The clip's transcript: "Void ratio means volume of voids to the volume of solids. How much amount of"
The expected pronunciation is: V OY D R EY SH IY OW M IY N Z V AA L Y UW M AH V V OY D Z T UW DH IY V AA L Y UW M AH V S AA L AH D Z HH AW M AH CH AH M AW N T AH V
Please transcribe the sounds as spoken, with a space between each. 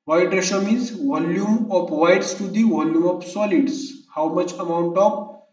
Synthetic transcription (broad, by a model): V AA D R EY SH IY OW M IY Z V AA L Y UW M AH P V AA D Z T UW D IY V AA L Y UW M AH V S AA L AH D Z HH AW M AH CH AH M AW N T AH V